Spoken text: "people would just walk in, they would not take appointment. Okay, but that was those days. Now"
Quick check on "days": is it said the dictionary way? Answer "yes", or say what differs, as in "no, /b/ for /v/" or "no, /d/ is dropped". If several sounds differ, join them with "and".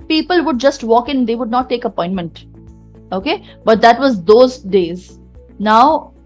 yes